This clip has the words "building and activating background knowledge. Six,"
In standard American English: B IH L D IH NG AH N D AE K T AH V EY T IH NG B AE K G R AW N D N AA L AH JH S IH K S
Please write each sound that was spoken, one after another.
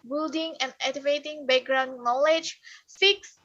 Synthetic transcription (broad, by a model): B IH L D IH NG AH N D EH T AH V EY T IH NG B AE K G R AW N N AA L AH JH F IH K S